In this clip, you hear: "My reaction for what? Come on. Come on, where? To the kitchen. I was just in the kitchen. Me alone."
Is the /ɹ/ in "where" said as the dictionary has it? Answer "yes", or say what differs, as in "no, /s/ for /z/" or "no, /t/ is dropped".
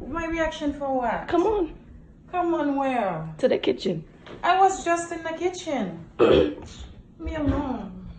no, /l/ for /ɹ/